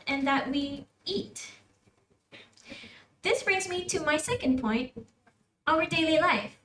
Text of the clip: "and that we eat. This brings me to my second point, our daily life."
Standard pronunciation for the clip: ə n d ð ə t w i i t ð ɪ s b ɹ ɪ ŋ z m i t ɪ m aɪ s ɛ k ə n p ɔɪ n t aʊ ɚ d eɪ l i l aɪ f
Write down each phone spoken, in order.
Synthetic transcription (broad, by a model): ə n ð ə t w i i t ð ɪ s b ɹ ɪ ŋ z m i t ɪ m aɪ s ɛ k ə n p ɔɪ n t aʊ ɚ d eɪ l i l aɪ f